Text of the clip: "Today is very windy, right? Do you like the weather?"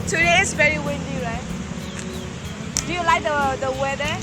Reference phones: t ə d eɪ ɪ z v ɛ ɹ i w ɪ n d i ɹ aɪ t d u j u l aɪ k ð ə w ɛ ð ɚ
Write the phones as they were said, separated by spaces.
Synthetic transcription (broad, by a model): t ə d eɪ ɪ s v ɛ ɹ i w ɪ n d i ɹ aɪ t d u j u l aɪ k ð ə w ɛ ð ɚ